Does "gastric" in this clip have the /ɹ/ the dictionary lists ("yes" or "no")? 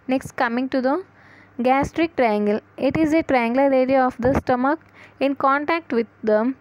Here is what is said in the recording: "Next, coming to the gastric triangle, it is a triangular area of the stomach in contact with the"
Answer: yes